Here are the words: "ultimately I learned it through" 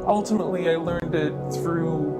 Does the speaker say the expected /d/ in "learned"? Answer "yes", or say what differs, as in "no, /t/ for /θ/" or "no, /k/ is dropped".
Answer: yes